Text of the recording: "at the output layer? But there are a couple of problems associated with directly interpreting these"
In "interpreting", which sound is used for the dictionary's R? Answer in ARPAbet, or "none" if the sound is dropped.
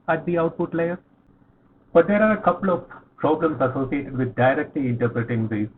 R